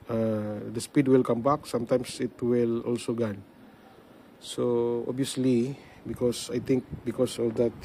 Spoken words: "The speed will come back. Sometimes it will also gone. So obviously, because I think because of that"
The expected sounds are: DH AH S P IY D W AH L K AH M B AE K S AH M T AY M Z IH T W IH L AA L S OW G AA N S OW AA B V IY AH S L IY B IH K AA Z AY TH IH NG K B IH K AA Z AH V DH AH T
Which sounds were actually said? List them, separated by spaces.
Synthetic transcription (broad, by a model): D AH S P IY D W AH L K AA M B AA K S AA M T AY M S IH T W IH L AA L S OW G AA N S OW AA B IY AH S L IY B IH K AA S AY T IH NG K B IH K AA S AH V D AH T